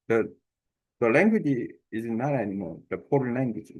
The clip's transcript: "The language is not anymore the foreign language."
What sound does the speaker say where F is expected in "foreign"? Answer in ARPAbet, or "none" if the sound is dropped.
P